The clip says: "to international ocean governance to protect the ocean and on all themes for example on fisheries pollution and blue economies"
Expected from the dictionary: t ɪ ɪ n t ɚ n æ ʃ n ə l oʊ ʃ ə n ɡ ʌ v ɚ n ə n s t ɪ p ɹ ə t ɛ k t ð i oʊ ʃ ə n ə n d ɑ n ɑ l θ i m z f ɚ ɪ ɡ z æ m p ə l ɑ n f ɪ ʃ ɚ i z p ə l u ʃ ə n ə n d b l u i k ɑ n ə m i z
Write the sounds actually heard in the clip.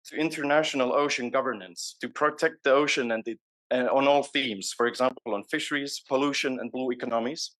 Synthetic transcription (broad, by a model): t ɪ ɪ n t ɚ n æ ʃ n ə l oʊ ʃ ə n ɡ ʌ v ɚ n ə n s t ɪ p ɹ ə t ɛ k t ð i oʊ ʃ ə n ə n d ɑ n ɑ l θ i m z f ɚ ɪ ɡ z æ m p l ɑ n f ɪ ʃ ɚ i z p ə l u ʃ ə n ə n b l u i k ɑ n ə m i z